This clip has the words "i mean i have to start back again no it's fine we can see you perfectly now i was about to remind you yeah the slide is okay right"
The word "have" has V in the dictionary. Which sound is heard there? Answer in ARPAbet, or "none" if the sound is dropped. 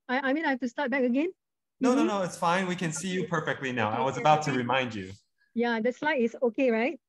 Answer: F